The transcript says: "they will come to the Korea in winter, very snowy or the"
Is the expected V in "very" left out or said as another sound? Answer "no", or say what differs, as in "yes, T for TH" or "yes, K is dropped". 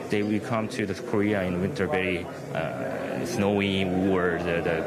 yes, B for V